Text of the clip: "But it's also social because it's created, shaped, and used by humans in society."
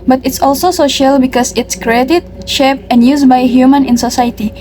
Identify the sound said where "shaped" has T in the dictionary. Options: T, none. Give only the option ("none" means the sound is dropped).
none